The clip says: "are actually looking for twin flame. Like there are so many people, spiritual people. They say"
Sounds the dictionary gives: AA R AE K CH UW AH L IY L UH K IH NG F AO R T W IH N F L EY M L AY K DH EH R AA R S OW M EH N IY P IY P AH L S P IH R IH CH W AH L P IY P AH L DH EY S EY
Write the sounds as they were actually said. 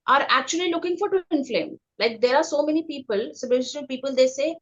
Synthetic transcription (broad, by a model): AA R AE K CH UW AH L IY L UH K IH NG F AO R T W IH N F L EY M L AY K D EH R AA R S OW M EH N IY P IY P AH L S IH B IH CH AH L P IY P AH L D EY S EY